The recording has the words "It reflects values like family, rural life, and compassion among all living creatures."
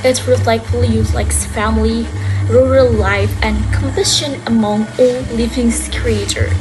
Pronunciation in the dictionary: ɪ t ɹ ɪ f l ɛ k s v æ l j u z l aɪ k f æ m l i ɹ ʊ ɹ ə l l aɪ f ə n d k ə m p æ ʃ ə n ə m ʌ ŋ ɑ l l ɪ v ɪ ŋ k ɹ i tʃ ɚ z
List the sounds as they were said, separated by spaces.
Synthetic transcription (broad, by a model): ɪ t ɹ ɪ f l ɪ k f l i j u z l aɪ k f æ m l i ɹ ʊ ɹ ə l l aɪ f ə n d k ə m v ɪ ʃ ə n ə m ʌ ŋ ɑ l l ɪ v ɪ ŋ k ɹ i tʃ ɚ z